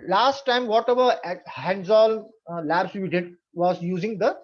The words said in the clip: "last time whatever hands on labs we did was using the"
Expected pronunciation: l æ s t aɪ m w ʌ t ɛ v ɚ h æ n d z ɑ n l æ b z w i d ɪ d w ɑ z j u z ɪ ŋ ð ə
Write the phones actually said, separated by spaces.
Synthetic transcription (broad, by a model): l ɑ s t aɪ m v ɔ t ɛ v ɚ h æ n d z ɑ l l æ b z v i d ɪ d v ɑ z j u z ɪ ŋ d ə